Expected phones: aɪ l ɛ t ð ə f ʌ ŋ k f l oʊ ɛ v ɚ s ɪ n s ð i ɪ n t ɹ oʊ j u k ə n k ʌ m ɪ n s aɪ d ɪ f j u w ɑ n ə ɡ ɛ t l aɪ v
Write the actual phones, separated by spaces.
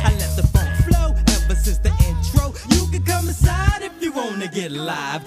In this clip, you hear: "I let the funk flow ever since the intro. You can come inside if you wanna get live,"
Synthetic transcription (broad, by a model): aɪ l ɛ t ð ə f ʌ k f l oʊ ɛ p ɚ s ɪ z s ð i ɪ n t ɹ oʊ j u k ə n k ʌ m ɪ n s aɪ d ɪ f j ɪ w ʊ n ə ɡ ɛ t l aɪ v